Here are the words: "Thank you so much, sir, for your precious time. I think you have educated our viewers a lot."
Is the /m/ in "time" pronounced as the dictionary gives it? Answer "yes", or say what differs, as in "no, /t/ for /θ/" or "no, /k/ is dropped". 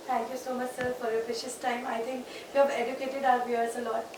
yes